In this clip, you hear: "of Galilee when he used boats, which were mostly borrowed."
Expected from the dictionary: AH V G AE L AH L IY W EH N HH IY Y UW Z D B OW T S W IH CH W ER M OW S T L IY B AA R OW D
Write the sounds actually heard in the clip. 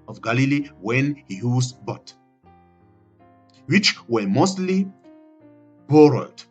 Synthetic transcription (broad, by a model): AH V G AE L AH L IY W EH N HH IY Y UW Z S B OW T W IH CH W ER M OW S T L IY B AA R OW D